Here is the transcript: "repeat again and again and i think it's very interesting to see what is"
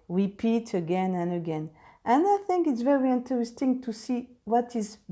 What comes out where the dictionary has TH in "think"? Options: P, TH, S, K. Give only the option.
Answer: TH